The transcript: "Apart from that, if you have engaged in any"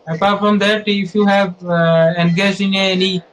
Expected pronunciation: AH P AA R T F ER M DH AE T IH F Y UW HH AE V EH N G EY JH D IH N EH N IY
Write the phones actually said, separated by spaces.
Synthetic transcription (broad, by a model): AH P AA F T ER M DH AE T IH F Y UW HH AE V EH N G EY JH IH N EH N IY